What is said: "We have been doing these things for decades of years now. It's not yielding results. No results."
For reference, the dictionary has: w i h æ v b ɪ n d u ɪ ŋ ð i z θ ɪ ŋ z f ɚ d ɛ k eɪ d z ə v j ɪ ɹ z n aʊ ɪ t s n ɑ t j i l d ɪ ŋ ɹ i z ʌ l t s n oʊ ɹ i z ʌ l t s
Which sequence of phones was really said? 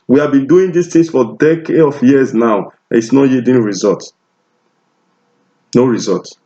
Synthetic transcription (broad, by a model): w i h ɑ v b ɪ n d u ɪ ŋ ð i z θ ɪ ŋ s f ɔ d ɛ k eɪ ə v j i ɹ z n aʊ ɪ t s n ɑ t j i d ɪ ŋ ɹ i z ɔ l t n oʊ ɹ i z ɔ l t